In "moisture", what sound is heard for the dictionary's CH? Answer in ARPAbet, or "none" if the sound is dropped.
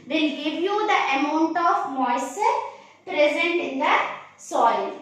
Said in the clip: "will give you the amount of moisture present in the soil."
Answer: none